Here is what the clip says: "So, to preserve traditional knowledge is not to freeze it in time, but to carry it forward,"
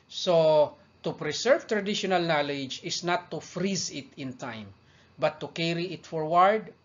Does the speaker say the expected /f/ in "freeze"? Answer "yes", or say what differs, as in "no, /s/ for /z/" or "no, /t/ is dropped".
yes